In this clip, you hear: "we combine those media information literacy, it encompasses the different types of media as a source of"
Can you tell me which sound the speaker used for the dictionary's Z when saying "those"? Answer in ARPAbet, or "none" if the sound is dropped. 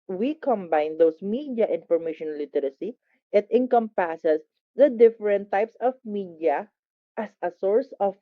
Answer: S